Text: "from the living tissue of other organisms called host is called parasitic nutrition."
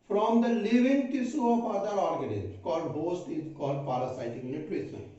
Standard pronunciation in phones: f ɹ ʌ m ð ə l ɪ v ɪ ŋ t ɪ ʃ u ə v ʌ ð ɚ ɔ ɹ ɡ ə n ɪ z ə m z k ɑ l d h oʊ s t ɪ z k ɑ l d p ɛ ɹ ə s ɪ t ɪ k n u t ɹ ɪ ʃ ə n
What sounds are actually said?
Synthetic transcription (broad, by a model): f ɹ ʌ m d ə l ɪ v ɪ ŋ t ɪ s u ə f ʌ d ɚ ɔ ɹ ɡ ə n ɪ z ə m k ɑ l d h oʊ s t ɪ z k ɑ l d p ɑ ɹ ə s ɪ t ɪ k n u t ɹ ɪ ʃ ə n